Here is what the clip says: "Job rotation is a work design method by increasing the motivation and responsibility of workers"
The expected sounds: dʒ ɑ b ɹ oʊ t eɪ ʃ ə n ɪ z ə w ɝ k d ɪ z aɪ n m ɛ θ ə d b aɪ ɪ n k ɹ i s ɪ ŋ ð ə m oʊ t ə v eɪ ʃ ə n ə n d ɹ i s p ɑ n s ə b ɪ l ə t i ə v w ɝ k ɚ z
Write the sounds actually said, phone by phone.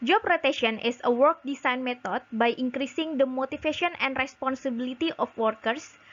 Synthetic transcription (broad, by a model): dʒ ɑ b ɹ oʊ t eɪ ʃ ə n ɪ s ə w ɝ k d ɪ s aɪ n m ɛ t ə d b aɪ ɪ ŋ k ɹ i s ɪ ŋ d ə m oʊ t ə f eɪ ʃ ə n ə n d ɹ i s p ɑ n s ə b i l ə t i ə f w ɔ k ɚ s